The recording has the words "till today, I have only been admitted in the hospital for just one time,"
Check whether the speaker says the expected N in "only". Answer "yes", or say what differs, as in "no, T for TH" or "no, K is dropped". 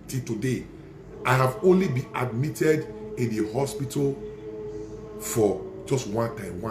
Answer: yes